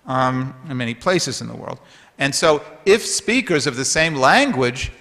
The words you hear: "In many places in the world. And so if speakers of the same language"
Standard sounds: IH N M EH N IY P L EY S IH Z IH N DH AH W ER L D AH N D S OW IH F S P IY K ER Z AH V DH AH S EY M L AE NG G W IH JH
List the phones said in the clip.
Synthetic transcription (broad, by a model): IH N M EH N IY P L EY S IH Z IH N DH AH W ER L D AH N S OW IH F S P IY K ER Z AH V DH AH S EY M L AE NG G W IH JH